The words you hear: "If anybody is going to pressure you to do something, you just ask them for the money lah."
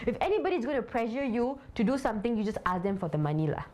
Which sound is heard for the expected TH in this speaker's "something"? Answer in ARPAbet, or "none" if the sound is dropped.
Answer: T